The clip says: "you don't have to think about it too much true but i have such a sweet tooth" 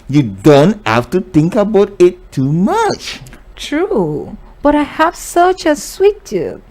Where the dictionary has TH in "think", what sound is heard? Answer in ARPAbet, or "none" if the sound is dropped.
T